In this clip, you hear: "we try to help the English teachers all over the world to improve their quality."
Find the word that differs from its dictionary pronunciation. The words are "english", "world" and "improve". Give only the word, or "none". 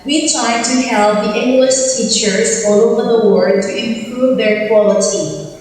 world